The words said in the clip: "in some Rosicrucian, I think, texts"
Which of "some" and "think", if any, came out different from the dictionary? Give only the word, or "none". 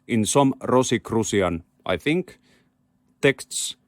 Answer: none